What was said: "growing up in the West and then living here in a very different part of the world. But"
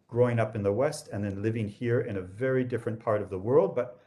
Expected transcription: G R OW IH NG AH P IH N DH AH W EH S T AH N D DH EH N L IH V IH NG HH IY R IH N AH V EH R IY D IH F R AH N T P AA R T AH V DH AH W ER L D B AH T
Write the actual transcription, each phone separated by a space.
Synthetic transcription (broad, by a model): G R OW IH NG AH P IH N DH AH W EH S T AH N DH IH N L IH V IH NG HH IY R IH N AH V EH R IY D IH F R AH N P AA R T AH V DH AH W ER L D B AH T